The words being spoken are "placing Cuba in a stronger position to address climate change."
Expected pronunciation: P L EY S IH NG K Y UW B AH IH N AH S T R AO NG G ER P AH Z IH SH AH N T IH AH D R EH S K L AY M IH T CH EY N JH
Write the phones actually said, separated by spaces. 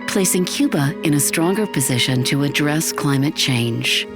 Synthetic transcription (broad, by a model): P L EY S IH NG K Y UW B AH IH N AH S T R AO NG G ER P AH Z IH SH AH N T IH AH D R EH S K L AY M IH T CH EY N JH